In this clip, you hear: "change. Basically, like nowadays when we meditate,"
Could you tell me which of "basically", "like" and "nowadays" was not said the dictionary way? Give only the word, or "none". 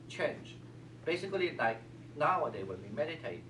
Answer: nowadays